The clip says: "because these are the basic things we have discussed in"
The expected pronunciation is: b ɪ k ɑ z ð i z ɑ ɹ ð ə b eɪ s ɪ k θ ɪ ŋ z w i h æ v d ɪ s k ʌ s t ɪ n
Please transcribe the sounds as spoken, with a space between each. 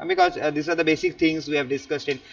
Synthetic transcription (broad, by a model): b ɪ k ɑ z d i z ɑ ɹ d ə b eɪ s ɪ k t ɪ ŋ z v i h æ v d ɪ s k ʌ s t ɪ n